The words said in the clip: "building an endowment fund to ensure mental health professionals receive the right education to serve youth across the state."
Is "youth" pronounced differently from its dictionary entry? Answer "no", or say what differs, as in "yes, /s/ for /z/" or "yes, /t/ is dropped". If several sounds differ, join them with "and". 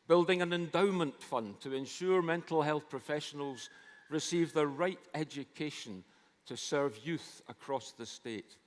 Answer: no